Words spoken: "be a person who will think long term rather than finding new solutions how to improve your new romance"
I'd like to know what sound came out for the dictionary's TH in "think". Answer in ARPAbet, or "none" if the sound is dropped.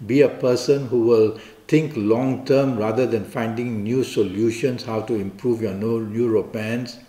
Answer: T